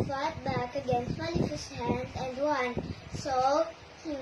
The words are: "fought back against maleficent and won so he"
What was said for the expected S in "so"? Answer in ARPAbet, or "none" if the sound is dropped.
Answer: S